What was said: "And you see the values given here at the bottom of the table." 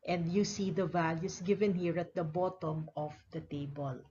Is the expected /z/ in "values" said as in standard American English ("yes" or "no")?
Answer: no